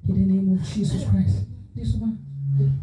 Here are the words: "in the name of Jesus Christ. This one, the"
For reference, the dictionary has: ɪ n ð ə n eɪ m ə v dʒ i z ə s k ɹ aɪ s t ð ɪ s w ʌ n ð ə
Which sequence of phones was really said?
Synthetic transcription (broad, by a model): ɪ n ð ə n eɪ m ə v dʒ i s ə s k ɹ aɪ s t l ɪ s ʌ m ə